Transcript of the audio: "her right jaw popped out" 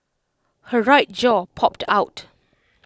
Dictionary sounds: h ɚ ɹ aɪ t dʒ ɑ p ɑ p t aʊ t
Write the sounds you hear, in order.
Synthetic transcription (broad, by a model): h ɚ ɹ aɪ t dʒ ɑ p ɑ p t aʊ t